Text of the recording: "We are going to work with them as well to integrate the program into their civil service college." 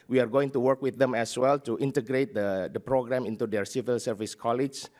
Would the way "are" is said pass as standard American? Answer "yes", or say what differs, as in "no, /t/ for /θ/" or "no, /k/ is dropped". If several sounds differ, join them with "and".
yes